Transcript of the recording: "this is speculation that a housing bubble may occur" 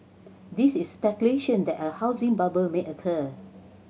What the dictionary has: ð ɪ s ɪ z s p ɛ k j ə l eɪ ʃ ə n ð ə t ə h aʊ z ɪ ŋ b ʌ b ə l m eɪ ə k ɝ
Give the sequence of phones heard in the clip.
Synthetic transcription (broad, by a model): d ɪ s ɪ s p ɛ k j ə l eɪ ʃ ə n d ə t ə h aʊ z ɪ ŋ b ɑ b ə l m eɪ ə k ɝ